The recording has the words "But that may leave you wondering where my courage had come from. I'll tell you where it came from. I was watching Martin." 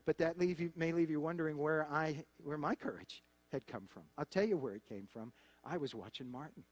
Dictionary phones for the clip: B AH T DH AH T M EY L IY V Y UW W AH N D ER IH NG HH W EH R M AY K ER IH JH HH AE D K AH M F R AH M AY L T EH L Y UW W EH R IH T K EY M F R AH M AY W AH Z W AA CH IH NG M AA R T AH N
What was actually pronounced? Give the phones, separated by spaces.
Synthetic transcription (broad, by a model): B AH T DH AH T M EY L IY V Y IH W AH N D ER IH NG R W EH R M AY K ER IH JH HH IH D K AH M F R AH M AY L T EH L Y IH W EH R IH T K EY M F R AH M AY W AH Z W AA CH IH NG M AA R T N